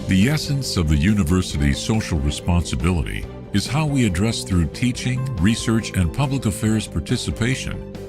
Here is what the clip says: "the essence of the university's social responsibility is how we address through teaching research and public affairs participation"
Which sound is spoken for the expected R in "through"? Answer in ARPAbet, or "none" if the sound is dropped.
R